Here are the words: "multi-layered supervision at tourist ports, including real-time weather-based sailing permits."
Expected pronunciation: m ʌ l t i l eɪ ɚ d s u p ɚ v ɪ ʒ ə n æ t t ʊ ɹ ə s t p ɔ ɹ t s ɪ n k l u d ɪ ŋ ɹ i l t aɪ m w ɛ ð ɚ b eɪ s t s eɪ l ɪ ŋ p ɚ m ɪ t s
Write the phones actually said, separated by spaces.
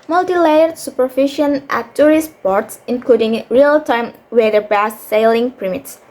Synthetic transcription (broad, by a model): m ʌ l t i l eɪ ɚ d s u p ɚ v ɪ ʃ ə n t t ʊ ɹ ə s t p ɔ ɹ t s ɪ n k l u d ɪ ŋ ɹ i l t aɪ m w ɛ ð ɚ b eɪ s s eɪ l ɪ ŋ p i m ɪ t s